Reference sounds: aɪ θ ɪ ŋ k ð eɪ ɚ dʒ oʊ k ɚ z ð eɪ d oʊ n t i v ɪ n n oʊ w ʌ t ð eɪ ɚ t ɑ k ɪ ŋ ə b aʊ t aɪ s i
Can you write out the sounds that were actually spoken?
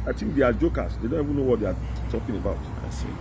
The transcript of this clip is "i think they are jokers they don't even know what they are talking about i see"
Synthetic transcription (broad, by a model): aɪ t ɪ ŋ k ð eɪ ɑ dʒ oʊ k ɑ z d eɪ d oʊ n t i v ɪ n n oʊ w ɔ t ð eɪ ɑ t ɑ k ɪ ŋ ə b aʊ t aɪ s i